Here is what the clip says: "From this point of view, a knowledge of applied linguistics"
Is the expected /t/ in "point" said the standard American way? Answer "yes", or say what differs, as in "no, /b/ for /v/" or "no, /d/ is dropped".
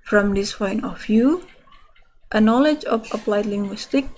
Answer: no, /t/ is dropped